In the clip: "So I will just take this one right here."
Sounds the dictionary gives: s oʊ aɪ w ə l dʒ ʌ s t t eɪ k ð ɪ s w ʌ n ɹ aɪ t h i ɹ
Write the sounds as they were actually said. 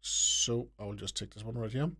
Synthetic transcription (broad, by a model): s oʊ aɪ w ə l dʒ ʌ s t t eɪ k ð ɪ s w ʌ n ɹ aɪ t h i